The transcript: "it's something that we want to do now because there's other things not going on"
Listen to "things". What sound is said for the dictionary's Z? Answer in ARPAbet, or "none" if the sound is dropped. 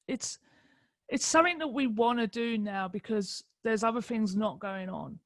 Z